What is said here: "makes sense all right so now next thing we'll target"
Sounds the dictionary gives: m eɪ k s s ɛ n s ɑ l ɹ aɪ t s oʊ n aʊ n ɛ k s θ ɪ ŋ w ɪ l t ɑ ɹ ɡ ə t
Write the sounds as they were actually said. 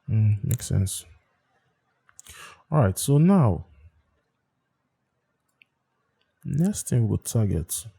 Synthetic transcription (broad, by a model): m eɪ k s s ɛ n s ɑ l ɹ aɪ t s oʊ n aʊ n ɛ k s t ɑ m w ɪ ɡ t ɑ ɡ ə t